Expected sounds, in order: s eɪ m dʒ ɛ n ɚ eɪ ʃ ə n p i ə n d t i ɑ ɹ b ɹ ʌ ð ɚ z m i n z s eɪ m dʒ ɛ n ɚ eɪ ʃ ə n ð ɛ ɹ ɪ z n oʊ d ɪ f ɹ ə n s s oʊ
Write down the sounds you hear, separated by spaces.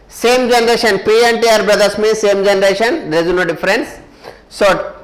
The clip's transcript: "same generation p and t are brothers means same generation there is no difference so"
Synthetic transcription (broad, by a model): s eɪ m dʒ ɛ n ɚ eɪ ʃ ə n p i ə n t i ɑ ɹ b ɹ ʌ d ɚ s m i s eɪ m dʒ ɛ n ɚ eɪ ʃ ə n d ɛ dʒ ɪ n oʊ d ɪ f ɹ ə n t s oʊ